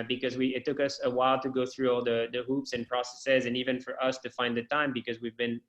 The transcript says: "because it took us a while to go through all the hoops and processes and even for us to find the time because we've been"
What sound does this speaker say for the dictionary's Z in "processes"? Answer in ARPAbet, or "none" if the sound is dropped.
Z